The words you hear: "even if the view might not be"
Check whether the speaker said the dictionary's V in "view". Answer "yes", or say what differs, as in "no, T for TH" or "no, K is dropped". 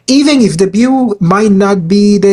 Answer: no, B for V